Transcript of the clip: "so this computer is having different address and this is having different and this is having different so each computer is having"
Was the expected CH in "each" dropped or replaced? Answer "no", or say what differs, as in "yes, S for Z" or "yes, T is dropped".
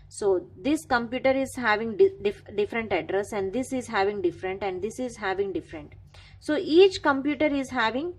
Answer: no